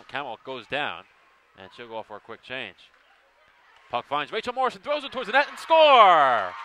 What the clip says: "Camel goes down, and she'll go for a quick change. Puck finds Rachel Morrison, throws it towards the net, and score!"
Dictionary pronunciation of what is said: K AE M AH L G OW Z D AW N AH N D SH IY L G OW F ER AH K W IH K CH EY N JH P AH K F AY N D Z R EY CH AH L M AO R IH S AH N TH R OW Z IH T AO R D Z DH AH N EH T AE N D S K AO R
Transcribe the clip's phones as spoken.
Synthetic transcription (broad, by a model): K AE M L G OW Z D AW N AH N SH IY L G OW F ER AH K W IH K CH EY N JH P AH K F AY N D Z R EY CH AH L M AO R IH S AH N TH R OW Z IH T AO R D Z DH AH N EH T N S K AO R